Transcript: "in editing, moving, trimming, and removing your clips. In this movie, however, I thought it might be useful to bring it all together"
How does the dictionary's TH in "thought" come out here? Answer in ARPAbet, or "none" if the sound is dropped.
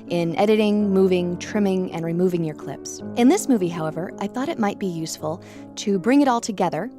TH